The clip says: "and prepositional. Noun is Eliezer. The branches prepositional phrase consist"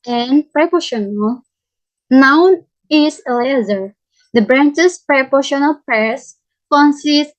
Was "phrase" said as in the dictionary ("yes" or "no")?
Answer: no